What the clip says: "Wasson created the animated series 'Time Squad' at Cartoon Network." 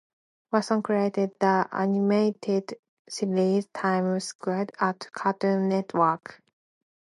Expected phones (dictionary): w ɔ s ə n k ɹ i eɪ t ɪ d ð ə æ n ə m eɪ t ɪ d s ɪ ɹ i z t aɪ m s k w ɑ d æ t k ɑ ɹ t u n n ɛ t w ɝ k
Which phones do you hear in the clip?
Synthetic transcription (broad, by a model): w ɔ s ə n k ɹ i eɪ t ɪ d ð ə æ n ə m eɪ t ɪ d s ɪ l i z t aɪ m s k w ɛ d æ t k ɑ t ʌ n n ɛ t w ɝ k